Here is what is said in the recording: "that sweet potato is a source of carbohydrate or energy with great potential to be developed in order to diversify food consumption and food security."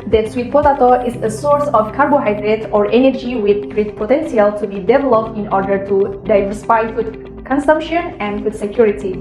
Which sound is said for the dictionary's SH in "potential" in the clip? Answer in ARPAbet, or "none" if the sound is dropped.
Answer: S